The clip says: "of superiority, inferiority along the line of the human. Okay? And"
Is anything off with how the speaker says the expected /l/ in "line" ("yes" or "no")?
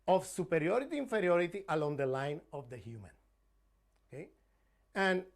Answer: no